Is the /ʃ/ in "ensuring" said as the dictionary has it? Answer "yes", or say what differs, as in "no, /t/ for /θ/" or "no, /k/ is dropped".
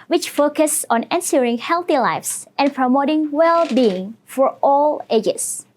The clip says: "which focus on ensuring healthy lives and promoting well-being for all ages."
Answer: no, /s/ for /ʃ/